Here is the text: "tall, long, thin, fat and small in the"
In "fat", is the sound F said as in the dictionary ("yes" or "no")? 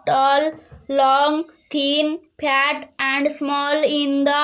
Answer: no